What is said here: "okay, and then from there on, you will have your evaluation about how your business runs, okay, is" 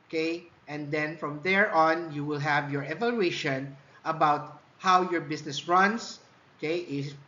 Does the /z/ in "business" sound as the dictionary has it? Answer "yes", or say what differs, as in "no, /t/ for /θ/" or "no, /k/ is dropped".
no, /s/ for /z/